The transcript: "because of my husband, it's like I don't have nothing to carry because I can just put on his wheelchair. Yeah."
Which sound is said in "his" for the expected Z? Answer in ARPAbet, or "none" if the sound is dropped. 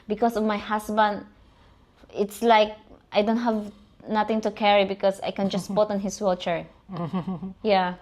S